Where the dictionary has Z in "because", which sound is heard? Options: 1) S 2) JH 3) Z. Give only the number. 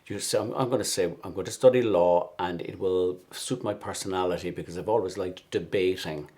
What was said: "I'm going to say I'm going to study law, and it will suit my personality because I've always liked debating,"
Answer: 3